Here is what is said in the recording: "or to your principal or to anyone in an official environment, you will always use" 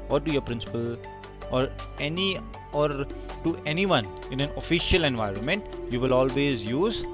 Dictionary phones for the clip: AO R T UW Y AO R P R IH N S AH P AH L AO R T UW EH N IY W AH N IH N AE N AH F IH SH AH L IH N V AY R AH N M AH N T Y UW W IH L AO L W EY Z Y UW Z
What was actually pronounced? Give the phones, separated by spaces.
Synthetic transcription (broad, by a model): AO R T UW Y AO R P R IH N S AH P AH L AO R T UW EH N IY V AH N IH N AE N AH F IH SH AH L IH N V AY R AH N M AH N T Y UW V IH L AO L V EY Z Y UW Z